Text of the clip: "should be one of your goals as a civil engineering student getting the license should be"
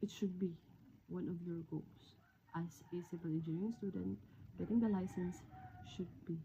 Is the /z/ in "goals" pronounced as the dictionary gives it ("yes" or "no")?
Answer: no